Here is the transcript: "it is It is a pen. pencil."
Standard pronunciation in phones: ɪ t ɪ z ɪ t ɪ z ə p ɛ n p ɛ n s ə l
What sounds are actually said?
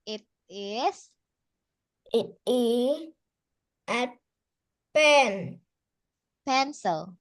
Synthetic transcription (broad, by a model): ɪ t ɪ s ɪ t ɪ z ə p ɛ n p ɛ n s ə l